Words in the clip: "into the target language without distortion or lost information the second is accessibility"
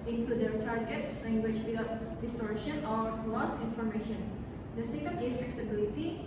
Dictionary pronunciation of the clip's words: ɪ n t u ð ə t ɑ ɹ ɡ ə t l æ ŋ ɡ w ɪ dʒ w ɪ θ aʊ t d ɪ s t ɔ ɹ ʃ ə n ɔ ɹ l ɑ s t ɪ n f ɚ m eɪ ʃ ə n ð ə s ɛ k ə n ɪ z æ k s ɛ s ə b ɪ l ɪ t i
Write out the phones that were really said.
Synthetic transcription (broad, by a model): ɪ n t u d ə t ɑ ɹ ɡ ə t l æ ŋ ɡ w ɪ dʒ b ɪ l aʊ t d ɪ s t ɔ ɹ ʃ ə n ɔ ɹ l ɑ s ɪ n f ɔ m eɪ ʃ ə n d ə s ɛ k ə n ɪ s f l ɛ s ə b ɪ l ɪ t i